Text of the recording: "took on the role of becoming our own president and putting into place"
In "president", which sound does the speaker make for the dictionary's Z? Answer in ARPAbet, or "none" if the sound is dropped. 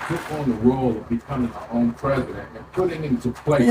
Z